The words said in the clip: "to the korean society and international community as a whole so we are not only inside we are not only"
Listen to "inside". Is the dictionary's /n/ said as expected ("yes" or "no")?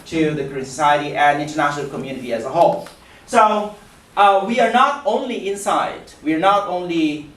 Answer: yes